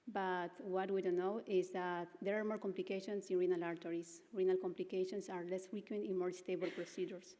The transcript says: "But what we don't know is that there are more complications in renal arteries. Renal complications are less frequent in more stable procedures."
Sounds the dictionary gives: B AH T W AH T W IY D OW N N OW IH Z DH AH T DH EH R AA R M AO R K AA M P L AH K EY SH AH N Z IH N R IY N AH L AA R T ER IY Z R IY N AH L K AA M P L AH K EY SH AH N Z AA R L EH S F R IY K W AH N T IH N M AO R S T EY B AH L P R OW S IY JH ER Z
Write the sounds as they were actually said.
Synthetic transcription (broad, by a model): B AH T W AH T W IY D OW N N OW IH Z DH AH T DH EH R AA R M AO R K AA M P L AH K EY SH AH N S IH N R IY N AH L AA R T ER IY S R IY N AH L K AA M P L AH K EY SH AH N S AA R L EH S F R IY K W AH N T IH N M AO R S T EY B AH L P R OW S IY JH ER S